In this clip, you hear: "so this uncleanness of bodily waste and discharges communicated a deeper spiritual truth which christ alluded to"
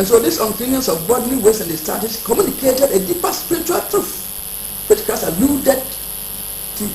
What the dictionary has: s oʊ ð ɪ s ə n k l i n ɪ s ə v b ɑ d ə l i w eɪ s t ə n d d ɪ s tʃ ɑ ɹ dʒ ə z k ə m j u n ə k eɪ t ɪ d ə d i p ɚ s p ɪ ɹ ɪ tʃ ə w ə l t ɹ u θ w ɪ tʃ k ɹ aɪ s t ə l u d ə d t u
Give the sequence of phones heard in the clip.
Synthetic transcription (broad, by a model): s oʊ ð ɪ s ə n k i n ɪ s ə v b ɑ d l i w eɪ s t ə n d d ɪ s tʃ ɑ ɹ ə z k ə m j u n ə k eɪ t ɪ d ə d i p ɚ s p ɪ ɹ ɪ tʃ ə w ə l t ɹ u f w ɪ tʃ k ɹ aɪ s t ə l u d ə d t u